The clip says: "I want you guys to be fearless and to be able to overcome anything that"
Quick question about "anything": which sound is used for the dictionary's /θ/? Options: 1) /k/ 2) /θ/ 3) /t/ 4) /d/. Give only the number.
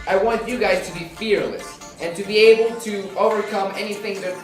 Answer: 2